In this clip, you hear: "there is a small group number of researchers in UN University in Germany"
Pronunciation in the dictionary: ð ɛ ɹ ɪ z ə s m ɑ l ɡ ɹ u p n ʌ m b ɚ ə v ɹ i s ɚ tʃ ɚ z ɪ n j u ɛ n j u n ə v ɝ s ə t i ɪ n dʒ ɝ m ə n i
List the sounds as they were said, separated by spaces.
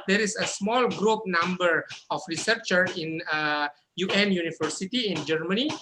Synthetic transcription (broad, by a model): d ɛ ɹ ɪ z ə s m ɑ l ɡ ɹ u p n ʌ m b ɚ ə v ɹ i s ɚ tʃ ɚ ɪ n j u ɛ n j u n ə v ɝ s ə t i ɪ n dʒ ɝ m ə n i